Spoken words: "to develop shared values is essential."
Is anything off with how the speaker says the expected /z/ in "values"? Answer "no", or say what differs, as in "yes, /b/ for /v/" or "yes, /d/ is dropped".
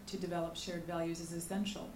no